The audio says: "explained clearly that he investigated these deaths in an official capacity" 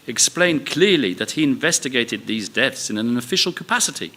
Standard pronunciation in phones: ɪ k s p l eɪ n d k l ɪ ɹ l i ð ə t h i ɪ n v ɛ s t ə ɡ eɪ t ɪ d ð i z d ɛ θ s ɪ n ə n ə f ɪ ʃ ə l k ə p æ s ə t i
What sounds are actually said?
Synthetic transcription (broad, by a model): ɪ k s p l eɪ n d k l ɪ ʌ l i ð ə t h i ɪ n v ɛ s t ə ɡ eɪ t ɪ d ð i z d ɛ θ s ɪ n ə n ə f ɪ ʃ ə l k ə p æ s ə t i